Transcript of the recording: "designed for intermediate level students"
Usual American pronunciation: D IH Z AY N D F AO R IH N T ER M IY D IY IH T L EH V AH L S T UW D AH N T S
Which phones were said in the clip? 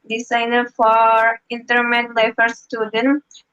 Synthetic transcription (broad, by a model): D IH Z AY N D F AO R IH N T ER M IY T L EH F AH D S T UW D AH N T